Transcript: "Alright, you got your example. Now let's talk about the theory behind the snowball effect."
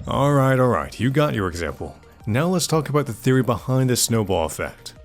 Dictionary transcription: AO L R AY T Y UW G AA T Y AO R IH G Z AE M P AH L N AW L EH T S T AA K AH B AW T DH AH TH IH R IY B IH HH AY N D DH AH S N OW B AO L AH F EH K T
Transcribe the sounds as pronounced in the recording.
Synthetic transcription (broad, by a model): AO L R AY T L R AA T Y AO R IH G Z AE M P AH L N AW L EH T S T AA K AH B AW T DH AH TH IH R IY B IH HH AY N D DH AH S N OW B AO L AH F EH K T